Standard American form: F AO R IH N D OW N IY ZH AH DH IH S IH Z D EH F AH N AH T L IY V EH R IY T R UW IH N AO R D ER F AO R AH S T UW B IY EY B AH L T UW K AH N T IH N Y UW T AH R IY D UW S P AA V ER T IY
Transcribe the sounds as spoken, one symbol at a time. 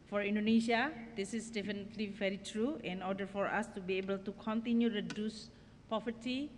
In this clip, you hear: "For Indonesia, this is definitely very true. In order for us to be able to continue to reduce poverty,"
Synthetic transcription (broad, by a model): F AO R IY N D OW N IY SH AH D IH S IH S D EH F AH N AH T L IY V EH R IY T R UW IH N AO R D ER F AO R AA S T UW B IY EY B AH L T UW K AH N T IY N Y UW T R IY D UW S P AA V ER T IY